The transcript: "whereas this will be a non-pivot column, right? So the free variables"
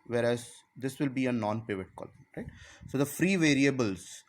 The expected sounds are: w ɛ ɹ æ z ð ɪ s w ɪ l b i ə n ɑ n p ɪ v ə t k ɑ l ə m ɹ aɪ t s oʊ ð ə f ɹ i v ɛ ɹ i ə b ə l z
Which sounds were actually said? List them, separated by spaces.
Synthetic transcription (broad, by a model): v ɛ ɹ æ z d ɪ s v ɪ l b i ə n ɑ n p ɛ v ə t k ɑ l ɹ aɪ t s oʊ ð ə f ɹ i v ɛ ɹ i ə b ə l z